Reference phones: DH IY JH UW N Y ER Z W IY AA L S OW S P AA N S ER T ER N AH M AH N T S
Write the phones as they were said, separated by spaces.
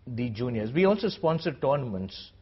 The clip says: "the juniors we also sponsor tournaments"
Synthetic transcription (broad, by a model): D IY JH UW N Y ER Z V IY AA L S OW S P AA N S ER T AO N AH M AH N T S